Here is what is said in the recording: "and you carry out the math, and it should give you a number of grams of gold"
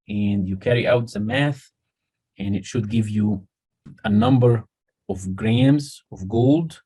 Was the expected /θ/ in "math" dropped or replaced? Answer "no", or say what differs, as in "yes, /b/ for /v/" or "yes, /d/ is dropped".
no